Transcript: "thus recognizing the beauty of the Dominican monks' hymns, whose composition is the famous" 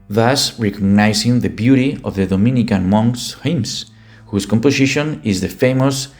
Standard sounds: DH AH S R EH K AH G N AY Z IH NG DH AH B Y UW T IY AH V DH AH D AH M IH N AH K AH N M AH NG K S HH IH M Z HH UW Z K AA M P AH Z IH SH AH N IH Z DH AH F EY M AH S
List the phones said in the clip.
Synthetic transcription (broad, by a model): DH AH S R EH K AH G N AY S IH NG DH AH B Y UW T IY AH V DH AH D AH M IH N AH K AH N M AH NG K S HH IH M S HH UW S K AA M P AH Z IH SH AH N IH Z DH AH F EY M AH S